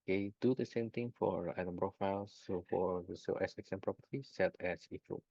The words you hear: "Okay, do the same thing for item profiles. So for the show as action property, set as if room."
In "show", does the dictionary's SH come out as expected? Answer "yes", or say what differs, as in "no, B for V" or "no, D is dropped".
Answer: no, S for SH